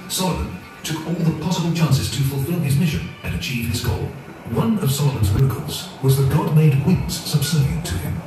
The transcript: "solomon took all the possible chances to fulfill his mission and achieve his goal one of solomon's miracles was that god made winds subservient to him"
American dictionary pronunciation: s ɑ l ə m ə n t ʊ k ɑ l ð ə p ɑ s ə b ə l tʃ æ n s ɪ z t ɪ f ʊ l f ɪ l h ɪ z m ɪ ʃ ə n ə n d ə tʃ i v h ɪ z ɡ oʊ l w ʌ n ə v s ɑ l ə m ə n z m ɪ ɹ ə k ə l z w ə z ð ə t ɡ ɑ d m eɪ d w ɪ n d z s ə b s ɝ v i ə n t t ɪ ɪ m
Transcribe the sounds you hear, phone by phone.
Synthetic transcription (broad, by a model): s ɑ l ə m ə n t ʊ k ɑ l ð ə p ɑ s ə b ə l tʃ æ n s ɪ z t ɪ f l f ɪ l ɪ z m ɪ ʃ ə n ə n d ə tʃ i v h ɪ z ɡ oʊ l w ʌ n ə v s ɑ l ə m ə n z m ɪ ɹ ə k ə l z w ə z ð ə t ɡ ɑ d m eɪ d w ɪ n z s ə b s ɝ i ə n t t ɪ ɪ m